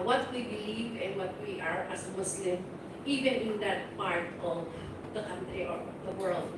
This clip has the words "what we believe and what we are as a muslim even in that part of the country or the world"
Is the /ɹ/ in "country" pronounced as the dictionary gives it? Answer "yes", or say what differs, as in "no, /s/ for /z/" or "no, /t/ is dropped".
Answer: yes